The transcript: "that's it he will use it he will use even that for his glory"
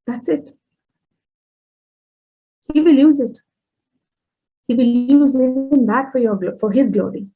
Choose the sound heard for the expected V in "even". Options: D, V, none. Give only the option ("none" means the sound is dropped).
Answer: none